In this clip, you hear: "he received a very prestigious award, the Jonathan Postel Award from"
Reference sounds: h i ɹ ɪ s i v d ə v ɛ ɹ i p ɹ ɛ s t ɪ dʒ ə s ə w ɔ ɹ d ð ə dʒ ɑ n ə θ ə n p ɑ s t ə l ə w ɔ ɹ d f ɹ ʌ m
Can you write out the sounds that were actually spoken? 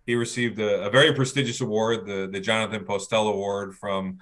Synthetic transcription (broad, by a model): h i ɹ ɪ s i v d ə v ɛ ɹ i p ɹ ɛ s t ɪ dʒ ə s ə w ɔ ɹ d ð ə dʒ ɑ n ə θ ə n p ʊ s t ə l ə w ɔ ɹ d f ɹ ʌ m